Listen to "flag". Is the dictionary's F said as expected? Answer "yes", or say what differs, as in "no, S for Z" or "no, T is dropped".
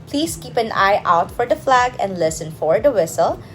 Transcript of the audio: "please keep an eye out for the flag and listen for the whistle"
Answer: yes